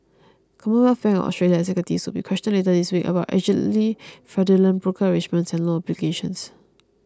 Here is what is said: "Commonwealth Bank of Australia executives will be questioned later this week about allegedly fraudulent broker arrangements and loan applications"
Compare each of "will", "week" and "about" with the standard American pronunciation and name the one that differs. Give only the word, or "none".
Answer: none